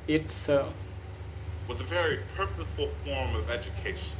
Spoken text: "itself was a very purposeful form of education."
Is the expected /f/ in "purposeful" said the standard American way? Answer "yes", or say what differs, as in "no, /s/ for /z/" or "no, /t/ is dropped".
yes